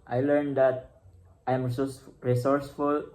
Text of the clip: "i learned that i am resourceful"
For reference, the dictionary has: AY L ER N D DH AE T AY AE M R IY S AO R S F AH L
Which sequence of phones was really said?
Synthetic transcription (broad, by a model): AY L ER N D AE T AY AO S R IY S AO R S F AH L